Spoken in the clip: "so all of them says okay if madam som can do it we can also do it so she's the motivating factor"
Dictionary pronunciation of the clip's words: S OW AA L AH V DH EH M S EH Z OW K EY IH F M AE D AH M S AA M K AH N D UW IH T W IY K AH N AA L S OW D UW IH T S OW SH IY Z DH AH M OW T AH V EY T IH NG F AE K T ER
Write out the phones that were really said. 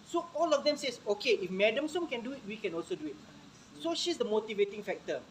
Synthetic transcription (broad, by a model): S OW AA L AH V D EH M S EH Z OW K EY IH F M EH D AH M S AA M K AH N D UW IH T W IY K AH N AA L S OW D UW IH T S OW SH IY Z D AH M OW T AH V EY T IH NG F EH K T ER